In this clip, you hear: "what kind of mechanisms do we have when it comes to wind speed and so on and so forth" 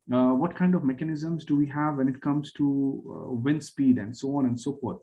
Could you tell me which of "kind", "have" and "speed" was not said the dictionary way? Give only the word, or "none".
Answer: none